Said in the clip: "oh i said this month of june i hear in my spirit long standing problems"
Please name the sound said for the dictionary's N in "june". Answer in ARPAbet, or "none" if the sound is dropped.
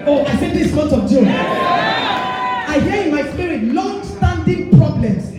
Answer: none